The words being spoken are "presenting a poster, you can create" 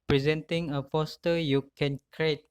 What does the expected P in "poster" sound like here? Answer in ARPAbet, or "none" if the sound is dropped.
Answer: F